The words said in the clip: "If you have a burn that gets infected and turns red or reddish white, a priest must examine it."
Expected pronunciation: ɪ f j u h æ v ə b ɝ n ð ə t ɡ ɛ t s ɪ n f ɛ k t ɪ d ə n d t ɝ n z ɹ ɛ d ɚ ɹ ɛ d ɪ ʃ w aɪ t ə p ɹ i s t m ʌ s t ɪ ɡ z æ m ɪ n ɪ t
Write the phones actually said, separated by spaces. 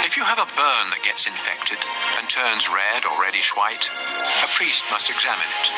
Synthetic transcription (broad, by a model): ɪ f j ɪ v ə b ɝ n ð ə t ɡ ɛ t s ɪ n f ɛ k t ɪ d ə n t ɝ n z ɹ ɛ d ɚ ɹ ɛ d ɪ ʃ w aɪ t ə p ɹ i s t m ʌ s t ɪ ɡ z æ m ɪ n ɪ t